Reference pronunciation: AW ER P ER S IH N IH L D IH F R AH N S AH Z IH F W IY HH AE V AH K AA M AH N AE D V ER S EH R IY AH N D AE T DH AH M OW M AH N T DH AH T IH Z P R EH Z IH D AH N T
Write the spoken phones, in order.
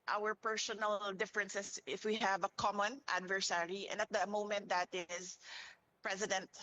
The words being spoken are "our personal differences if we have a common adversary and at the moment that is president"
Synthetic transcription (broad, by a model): AW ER P ER S IH N IH L D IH F R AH N S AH S IH F W IY HH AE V AH K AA M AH N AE D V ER S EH R IY AH N D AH T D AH M OW M AH N T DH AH T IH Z P R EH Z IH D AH N T